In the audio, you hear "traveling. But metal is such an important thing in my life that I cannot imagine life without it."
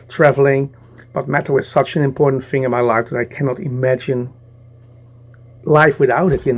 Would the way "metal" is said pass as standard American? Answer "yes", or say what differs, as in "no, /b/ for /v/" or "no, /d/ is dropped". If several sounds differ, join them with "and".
no, /w/ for /l/